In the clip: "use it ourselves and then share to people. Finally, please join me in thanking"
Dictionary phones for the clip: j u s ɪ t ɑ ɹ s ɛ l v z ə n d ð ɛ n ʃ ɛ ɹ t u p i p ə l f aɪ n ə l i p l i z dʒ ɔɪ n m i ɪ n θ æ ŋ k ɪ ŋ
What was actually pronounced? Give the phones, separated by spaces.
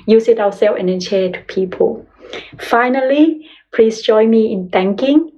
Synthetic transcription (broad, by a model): j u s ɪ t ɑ w s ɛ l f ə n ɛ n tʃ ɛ t u p i p ə l f aɪ n ə l i p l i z dʒ ɔɪ n m i ɪ n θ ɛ ŋ k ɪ ŋ